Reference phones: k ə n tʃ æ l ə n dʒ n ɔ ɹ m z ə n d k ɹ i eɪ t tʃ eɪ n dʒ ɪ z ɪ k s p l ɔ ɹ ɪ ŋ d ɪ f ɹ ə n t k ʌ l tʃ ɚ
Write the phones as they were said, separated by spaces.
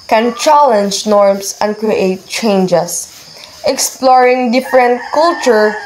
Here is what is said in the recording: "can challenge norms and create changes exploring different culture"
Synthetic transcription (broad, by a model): k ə n tʃ æ l ə n dʒ n ɔ ɹ m s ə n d k ɹ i eɪ t tʃ eɪ n dʒ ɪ s ɪ k s p l ɔ ɹ ɪ ŋ d ɪ f ɹ ə n t k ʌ l tʃ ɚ